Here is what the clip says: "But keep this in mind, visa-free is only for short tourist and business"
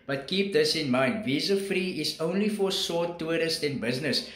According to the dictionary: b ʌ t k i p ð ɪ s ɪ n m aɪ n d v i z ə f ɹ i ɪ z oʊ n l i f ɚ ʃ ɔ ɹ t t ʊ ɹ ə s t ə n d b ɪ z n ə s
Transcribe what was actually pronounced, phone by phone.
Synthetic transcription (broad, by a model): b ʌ t k i p ð ɪ s ɪ n m aɪ n d v i z ə f ɹ i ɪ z oʊ n l i f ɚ s ɔ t t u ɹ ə s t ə n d b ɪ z n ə s